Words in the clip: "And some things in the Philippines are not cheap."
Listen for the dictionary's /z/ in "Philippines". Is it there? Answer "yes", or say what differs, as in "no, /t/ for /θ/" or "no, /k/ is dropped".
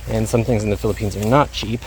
yes